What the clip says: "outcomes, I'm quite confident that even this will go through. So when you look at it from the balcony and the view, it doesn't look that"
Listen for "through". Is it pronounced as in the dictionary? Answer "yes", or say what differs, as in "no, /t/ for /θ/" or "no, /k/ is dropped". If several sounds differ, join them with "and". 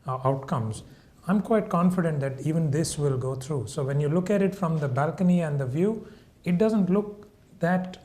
no, /t/ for /θ/